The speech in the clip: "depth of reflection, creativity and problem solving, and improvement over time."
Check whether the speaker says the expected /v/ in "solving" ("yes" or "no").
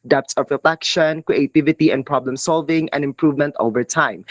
yes